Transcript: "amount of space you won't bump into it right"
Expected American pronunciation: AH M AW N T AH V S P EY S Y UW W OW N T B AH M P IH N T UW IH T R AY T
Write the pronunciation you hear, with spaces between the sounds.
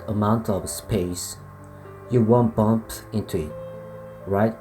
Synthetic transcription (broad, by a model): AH M AW N T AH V S P EY S Y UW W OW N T B AH M P IH N T UW IH T R AY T